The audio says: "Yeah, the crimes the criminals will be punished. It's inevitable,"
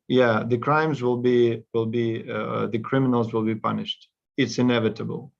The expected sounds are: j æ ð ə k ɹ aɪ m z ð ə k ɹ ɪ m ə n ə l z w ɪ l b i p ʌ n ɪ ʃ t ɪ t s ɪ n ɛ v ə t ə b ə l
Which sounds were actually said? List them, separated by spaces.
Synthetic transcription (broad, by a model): j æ ð ə k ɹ aɪ m z ð ə k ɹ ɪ m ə n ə l z w ɪ l b i p ʌ n ɪ ʃ t ɪ t s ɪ n ɛ v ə t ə b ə l